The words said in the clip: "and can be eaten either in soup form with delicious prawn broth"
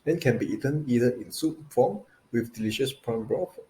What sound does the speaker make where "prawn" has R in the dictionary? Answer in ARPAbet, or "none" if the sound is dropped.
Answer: none